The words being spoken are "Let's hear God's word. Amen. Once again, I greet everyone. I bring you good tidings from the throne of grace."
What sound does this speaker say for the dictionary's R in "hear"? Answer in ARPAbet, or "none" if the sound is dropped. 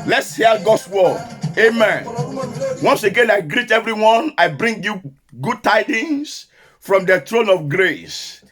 L